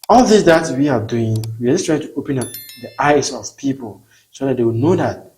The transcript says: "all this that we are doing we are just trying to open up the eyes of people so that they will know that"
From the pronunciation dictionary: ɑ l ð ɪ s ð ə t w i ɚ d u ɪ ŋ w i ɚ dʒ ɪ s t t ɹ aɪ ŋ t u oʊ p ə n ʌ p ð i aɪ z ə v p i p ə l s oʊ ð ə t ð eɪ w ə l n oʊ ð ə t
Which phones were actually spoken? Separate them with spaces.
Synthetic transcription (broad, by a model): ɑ l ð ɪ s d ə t w i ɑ d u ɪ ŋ w i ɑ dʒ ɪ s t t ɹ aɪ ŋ t u oʊ p ə n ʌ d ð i aɪ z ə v p i p ə l s oʊ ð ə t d eɪ w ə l n oʊ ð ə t